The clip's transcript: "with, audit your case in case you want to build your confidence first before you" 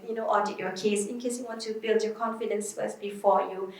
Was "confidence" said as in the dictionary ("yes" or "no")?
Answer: yes